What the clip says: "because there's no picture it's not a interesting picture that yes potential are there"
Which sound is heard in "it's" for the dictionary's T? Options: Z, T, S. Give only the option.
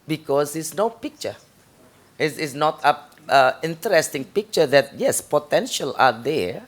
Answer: S